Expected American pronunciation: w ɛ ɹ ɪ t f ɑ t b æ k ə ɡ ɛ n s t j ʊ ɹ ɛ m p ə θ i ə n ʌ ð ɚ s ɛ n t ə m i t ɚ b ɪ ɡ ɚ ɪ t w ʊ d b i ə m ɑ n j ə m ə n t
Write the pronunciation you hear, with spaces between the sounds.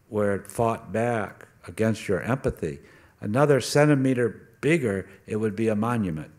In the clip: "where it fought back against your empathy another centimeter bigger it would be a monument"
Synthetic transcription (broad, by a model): w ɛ ɹ ɪ t f ɑ t b æ k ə ɡ ɛ n s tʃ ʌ ɹ ɛ m p ə θ i ə n ʌ ð ɚ s ɛ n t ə m i t ɚ b ɪ ɡ ɚ ɪ t w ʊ d b i ə m ɑ n j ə m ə n t